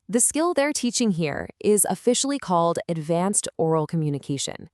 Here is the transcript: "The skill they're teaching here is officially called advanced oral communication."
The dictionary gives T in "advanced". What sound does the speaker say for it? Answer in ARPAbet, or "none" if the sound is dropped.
T